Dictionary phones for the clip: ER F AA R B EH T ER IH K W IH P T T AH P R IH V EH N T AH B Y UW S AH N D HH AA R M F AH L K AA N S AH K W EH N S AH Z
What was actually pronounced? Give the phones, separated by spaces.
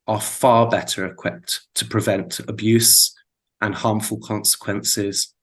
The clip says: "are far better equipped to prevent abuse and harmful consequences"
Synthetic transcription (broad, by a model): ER F AA B EH T ER IH K W IH P T T AH P R IH V EH N T AH B Y UW S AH N HH AA M F AH L K AA N S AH K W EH N S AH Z